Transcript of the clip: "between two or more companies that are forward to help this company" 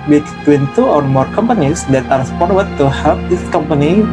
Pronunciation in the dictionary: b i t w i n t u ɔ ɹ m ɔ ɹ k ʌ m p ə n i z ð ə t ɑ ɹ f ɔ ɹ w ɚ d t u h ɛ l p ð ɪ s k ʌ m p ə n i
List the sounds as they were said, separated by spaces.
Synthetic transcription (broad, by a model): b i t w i n t u ɔ ɹ m ɔ ɹ k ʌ m p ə n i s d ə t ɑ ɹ p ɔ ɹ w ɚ t u h ɛ l p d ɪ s k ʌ m p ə n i